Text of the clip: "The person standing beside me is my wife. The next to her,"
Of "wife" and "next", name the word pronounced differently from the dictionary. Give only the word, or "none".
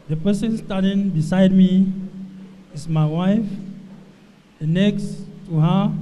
none